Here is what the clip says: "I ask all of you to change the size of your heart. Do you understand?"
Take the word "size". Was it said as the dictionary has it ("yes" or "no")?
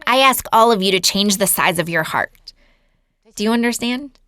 yes